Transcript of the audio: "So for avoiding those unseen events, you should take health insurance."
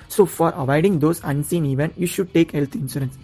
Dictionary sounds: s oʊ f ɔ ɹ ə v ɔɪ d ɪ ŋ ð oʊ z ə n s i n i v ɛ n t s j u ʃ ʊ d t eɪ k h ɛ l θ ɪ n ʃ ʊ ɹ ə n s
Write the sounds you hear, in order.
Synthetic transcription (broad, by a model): s oʊ f ɔ ɹ ə v ɔɪ d ɪ ŋ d oʊ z ə n s i n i v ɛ n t j u ʃ ʊ d t eɪ k h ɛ l t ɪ n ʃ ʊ ɹ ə n s